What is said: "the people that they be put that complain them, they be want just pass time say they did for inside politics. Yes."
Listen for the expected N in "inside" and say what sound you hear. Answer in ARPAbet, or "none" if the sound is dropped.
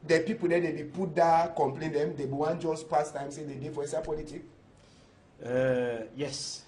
none